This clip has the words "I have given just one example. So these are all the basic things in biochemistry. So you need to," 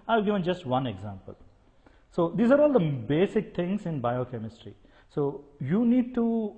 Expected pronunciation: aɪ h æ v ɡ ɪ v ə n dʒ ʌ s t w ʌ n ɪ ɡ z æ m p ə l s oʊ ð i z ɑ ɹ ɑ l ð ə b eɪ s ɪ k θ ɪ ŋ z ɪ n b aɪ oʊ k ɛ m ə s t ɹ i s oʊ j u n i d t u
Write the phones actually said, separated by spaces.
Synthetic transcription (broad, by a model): aɪ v ɡ ɪ v ə n dʒ ʌ s t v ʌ n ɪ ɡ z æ m p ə l s oʊ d i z ɑ ɹ ɑ l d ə b eɪ s ɪ k t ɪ ŋ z ɪ n b aɪ oʊ k ɛ m ə s t ɹ i s oʊ j u n i d t u